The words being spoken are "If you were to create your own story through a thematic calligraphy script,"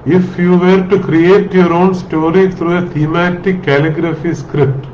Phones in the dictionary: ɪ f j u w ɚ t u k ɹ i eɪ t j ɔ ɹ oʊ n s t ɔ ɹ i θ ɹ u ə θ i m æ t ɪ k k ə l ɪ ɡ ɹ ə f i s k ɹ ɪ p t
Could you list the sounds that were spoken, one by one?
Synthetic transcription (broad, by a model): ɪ f j u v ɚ t u k ɹ i eɪ t j ɔ ɹ oʊ n s t ɔ ɹ i t ɹ u ə t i m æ t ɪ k k ə l ɪ ɡ ɹ ə f i s k ɹ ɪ p t